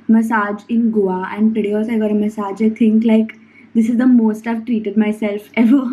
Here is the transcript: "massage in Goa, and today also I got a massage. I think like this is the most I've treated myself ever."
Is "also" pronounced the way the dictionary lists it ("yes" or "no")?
no